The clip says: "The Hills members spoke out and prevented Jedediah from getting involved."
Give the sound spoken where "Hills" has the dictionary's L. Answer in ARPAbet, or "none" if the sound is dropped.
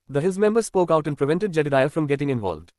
none